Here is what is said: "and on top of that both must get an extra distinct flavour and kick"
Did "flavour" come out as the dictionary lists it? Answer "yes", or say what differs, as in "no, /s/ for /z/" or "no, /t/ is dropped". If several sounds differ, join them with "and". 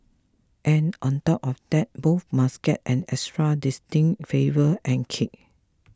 no, /l/ is dropped